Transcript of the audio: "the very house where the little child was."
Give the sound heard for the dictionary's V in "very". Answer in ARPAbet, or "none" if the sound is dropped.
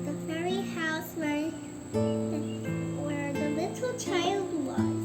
F